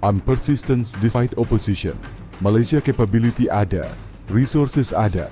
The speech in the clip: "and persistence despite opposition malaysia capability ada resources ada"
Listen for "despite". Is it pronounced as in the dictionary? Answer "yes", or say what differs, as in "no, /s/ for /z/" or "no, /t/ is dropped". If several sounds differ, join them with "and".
no, /p/ is dropped